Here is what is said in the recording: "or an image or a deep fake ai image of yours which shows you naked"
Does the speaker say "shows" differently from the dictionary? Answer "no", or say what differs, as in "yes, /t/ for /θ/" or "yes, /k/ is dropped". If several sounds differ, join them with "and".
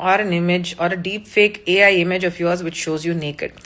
no